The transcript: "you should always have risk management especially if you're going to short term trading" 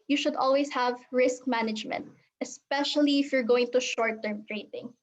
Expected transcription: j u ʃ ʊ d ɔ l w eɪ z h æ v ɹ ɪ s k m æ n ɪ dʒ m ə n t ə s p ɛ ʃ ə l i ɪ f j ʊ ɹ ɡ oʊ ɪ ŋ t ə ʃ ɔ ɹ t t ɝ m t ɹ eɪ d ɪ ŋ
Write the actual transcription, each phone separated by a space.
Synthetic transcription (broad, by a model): j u ʃ ʊ d ɔ l w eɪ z h æ v ɹ ɪ s k m æ n ɪ dʒ m ə n t ə s p ɛ ʃ ə l i ɪ f j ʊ ɹ ɡ oʊ ɪ ŋ t ə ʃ ɔ ɹ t t ɝ m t ɹ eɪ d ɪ ŋ